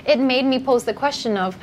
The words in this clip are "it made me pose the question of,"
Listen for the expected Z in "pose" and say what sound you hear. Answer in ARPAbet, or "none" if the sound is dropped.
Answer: Z